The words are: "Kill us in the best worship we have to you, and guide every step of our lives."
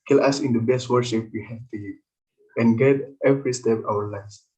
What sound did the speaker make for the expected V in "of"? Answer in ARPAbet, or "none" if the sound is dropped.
W